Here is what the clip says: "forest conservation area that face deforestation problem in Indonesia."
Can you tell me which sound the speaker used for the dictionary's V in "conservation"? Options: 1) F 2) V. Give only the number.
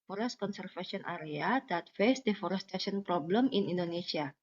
1